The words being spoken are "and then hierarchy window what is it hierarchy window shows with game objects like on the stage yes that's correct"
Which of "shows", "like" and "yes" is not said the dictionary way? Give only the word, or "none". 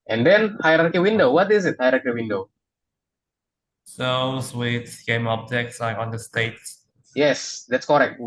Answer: shows